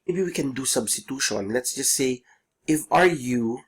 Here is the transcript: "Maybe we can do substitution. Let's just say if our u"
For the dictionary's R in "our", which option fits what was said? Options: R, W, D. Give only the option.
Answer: R